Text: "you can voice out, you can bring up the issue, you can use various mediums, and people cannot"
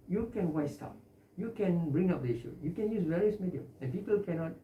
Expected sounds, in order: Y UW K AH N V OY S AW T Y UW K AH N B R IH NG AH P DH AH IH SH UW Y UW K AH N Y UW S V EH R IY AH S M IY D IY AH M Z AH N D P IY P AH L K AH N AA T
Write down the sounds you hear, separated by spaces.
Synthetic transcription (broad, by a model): Y UW K AH N W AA S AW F Y UW K AH N B R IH NG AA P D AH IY SH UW Y UW K AH N Y UW S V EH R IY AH S M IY D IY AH M AH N P IY P AH L K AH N AA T